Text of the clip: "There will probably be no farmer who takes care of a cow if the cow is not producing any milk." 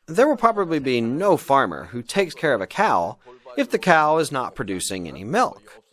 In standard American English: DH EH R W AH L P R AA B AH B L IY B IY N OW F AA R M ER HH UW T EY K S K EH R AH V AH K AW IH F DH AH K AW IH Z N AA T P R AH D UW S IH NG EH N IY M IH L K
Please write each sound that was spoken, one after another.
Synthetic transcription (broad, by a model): DH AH R W AH L P R AA B AH B L IY B IY N OW F AA R M ER HH UW T EY K S K EH R AH V AH K AW IH F DH AH K AW IH Z N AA T P R AH D UW S IH NG EH N IY M IH L K